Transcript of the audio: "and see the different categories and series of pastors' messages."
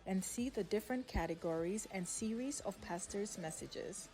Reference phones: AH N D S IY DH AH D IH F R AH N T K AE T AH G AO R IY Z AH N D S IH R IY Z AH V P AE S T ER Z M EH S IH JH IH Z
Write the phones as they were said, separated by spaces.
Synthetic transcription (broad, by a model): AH N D S IY DH AH D IH F R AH N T K AE T AH G AO R IY Z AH N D S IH R IY Z AH V P AE S T ER Z M EH S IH JH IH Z